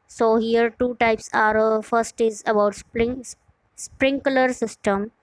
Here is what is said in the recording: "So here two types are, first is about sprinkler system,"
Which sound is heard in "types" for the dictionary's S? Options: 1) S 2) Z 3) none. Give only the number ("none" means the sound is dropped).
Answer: 1